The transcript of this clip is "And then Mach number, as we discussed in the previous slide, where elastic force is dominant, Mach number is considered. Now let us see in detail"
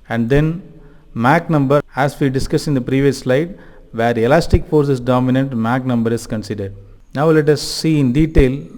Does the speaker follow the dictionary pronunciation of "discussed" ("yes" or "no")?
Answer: no